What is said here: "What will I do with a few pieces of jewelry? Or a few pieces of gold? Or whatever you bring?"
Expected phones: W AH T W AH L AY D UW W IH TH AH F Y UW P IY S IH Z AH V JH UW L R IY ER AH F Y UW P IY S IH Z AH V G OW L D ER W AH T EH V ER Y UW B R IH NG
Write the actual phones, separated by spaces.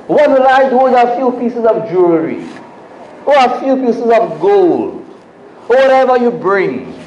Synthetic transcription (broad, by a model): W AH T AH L AY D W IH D AH F Y UW P IY S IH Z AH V JH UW R IY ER AH F Y UW P IY S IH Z AH V G OW L D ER W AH T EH V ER Y UW B R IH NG